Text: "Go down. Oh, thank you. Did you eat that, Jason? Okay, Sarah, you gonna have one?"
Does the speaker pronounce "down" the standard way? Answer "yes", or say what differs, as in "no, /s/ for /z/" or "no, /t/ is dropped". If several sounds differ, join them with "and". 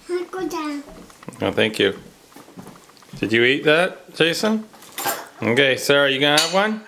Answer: no, /n/ is dropped